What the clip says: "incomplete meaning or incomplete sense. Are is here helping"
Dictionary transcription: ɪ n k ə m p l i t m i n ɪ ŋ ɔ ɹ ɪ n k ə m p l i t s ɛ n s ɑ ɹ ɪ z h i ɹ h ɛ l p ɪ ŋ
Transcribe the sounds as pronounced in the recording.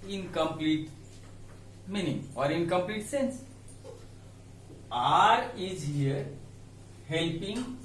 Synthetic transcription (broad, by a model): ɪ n k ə m p l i t m i n ɪ ŋ ɔ ɹ ɪ n k ə m p l i t s ɛ n s ɑ ɹ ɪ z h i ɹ h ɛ l p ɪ ŋ